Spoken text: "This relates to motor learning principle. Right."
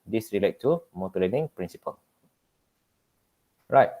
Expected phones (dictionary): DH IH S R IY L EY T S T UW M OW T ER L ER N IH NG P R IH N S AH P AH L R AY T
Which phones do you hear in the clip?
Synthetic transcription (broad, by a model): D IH S R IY L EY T T UW M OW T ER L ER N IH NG P R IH N S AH P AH L R AY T